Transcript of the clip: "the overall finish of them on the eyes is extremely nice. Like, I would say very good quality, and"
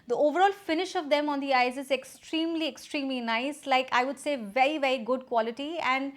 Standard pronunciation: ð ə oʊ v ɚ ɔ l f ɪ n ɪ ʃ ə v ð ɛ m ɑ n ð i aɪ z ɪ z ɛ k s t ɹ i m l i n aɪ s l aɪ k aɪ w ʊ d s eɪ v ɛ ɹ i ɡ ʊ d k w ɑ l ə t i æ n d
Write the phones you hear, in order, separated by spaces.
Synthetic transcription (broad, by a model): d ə oʊ v ɚ ɔ l f ɪ n ɪ ʃ ə v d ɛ m ɑ n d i aɪ z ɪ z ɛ k s t ɹ i m l i n aɪ s l aɪ k aɪ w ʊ d s eɪ v ɛ ɹ i ɡ ʊ d k w ɑ l ə t i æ n d